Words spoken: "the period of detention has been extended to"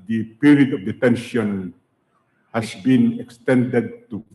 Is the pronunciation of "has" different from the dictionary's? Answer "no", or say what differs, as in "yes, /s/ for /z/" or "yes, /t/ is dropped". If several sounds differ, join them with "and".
yes, /s/ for /z/